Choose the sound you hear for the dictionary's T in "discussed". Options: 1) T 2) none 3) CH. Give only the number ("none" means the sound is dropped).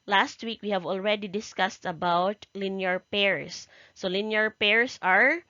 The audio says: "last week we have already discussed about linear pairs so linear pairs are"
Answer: 1